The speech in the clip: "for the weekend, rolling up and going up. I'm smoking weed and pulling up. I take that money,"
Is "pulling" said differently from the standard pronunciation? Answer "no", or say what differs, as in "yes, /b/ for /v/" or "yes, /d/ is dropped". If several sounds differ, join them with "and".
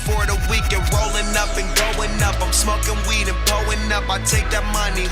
yes, /l/ is dropped